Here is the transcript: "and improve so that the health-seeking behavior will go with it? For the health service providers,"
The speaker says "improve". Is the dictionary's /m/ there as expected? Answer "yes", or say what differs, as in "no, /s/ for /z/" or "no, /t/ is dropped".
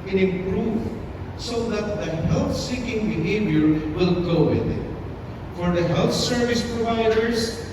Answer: no, /m/ is dropped